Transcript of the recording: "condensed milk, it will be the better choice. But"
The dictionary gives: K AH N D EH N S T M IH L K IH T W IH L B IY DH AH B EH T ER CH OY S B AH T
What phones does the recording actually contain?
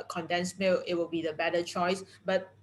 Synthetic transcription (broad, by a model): K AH N D EH N S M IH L IH T W IH L B IY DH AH B EH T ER CH OY S B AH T